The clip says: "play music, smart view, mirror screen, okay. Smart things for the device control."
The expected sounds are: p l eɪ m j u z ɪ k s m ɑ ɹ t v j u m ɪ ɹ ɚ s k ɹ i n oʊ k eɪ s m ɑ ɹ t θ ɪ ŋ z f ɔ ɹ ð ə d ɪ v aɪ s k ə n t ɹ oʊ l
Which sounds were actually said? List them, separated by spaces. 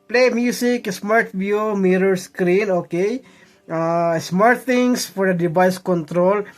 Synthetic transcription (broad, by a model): p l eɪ m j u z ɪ k s m ɑ ɹ t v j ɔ m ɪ ɹ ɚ s k ɹ i n oʊ k eɪ s m ɑ ɹ t t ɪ ŋ s f ɔ ɹ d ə d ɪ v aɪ s k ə n t ɹ oʊ l